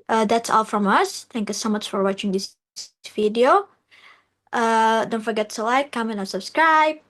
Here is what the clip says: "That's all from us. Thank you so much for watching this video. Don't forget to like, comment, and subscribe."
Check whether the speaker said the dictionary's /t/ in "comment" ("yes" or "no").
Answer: no